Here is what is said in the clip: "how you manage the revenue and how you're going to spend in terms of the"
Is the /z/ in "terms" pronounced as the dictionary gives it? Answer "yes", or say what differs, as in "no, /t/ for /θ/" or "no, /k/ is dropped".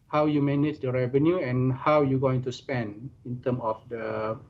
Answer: no, /z/ is dropped